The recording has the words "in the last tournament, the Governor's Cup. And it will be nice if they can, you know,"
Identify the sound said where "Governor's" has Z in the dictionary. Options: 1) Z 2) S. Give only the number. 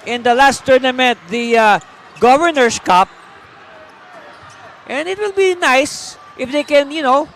2